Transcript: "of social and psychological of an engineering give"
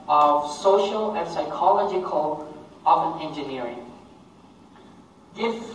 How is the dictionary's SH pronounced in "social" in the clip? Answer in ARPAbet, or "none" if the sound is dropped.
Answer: SH